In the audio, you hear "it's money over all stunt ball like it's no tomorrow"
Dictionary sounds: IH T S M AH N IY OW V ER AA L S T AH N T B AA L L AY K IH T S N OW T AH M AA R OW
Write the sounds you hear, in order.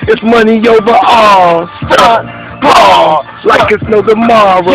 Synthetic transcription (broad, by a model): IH T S M AH N IY OW V ER AA L S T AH T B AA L L AY K IH T S N OW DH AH M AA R